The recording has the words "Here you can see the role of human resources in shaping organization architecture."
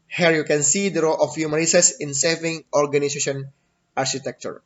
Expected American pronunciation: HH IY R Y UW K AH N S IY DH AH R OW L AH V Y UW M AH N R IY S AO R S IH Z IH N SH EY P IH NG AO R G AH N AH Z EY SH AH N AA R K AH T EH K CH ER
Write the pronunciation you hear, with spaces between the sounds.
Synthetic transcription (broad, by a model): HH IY R Y UW K AH N S IY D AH R OW L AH F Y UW M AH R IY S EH S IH IH N S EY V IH NG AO R G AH N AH S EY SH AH N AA R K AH T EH K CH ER